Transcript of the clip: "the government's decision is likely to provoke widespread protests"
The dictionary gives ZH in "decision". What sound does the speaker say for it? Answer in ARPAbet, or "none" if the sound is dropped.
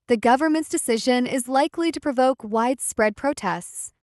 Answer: ZH